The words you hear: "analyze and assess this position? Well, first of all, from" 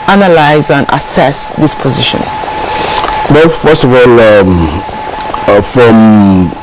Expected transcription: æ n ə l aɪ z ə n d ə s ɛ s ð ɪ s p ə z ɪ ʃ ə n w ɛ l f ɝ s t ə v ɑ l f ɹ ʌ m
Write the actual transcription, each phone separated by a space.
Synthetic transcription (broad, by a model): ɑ n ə l aɪ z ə n ə s ɛ s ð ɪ s p ə z ɪ ʃ ə n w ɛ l f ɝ s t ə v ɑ l f ɹ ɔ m